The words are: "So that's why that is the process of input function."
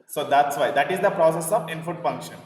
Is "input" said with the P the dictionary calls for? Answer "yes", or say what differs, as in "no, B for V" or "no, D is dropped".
no, F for P